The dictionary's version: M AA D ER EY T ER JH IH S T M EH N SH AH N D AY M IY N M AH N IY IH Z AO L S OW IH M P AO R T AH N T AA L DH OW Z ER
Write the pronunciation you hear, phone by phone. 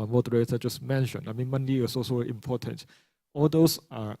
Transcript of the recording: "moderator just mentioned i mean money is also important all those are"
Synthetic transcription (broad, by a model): M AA D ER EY T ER JH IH S M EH N SH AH N AY M IY N M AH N IY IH S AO S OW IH M P AO T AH N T AA L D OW S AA